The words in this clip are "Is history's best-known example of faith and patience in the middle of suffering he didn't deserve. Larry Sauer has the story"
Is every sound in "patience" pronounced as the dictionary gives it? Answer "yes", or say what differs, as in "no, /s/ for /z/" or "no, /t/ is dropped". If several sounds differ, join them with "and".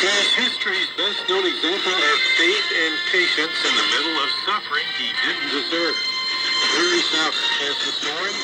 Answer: yes